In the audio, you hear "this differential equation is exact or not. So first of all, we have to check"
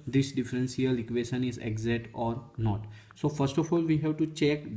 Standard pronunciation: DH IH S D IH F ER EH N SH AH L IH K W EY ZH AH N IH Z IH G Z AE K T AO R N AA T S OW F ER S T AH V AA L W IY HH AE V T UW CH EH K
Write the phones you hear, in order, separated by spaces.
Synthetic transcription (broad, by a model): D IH S D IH F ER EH N S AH L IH K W EY SH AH N IH Z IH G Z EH T AO R N AA T S OW F ER S T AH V AA L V IY HH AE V T UW CH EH K